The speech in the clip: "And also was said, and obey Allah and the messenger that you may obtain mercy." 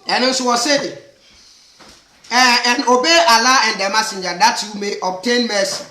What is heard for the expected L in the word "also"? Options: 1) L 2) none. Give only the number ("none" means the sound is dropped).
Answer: 2